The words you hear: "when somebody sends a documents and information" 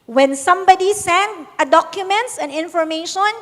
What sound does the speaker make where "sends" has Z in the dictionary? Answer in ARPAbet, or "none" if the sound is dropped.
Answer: none